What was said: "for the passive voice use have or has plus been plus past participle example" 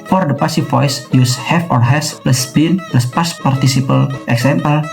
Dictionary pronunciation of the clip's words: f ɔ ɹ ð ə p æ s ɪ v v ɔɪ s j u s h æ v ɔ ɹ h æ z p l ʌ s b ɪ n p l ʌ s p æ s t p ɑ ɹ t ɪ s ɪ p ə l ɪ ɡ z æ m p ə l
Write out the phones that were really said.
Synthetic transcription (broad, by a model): f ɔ ɹ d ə p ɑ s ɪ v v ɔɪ s j u s h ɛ f ɔ ɹ h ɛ s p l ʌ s b ɪ n p l ʌ s p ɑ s p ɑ ɹ t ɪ s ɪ p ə l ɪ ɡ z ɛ m p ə l